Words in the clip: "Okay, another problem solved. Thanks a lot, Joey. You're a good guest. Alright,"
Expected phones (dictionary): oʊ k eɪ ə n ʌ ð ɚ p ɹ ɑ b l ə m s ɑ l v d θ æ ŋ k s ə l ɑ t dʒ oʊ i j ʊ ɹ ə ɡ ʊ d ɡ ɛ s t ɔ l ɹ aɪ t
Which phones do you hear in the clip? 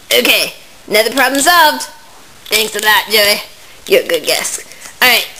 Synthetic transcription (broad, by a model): oʊ k eɪ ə n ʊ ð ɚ p ɹ ɑ b l ə m s ɑ l v d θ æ ŋ k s ə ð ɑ t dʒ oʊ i j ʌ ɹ ə ɡ ʊ d ɡ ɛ s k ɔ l ɹ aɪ t